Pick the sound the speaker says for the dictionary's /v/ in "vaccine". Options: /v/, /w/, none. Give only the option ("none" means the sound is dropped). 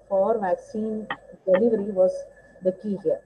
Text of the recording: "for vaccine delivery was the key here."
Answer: /v/